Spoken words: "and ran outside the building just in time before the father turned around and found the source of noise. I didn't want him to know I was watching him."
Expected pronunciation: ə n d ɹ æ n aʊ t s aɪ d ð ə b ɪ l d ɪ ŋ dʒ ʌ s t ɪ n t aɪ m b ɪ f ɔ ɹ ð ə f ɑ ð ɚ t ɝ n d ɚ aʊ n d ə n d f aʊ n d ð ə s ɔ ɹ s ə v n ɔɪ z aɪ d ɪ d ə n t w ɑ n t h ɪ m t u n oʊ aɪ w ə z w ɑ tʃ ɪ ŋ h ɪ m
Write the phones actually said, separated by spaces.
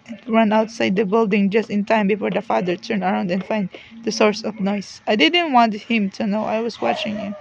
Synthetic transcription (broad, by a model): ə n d ɹ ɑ n aʊ t s aɪ d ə b ɪ l d ɪ ŋ dʒ ʌ s t ɪ n t aɪ m b ɪ f ɔ ɹ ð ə f ɑ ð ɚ t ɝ n ɚ aʊ n d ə n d f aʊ n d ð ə s ɔ ɹ s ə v n ɔɪ s aɪ d ɪ d ə n t w ɑ n t h ɪ m t u n oʊ aɪ w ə s w ɑ tʃ ɪ ŋ h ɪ m